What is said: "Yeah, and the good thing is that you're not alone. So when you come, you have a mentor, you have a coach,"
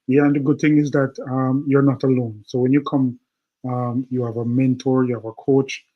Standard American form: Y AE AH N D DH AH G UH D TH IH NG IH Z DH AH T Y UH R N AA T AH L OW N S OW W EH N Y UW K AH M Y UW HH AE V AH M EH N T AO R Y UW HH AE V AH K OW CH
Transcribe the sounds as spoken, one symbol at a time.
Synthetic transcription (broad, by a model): Y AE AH N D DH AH G UH D TH IH NG IH Z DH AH T Y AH R N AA T AH L OW N S OW W EH N Y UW K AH M Y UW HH V AH M EH N T AO R Y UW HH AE V AH K OW CH